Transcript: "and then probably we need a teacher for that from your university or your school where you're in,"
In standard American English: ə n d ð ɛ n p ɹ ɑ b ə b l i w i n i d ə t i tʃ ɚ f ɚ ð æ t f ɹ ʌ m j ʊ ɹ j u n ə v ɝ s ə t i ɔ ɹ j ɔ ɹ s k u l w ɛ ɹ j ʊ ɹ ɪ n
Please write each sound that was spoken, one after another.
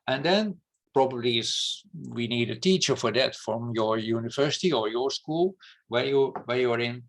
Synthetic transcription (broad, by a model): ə n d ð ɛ n p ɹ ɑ b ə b l i w i n i d ə t i tʃ ɚ f ɚ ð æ t f ɹ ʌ m j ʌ ɹ j u n ə v ɝ s ə t i ɔ ɹ j ɔ ɹ s k u l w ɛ w j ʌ ɹ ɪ n